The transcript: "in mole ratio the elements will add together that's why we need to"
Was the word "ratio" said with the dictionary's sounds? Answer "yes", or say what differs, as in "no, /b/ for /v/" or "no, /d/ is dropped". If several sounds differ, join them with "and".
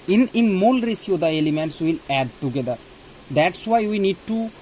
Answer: no, /s/ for /ʃ/